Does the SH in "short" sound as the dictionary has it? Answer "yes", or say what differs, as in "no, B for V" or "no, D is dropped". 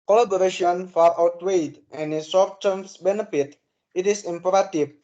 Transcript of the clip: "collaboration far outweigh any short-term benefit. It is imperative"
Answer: no, S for SH